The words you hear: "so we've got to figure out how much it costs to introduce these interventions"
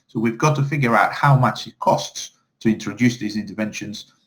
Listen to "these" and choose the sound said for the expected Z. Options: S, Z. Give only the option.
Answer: Z